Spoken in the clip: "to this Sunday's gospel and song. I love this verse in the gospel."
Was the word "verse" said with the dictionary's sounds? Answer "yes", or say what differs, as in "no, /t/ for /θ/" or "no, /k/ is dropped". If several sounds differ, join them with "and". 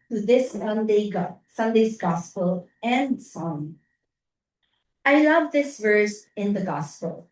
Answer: yes